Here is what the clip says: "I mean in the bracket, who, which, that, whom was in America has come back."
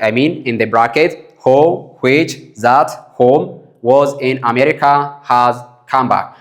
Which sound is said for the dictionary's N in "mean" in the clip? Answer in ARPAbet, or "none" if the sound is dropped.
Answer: N